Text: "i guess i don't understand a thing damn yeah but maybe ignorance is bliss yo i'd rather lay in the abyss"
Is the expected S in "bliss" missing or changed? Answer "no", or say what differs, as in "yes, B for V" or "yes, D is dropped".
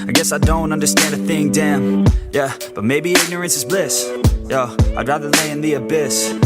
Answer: no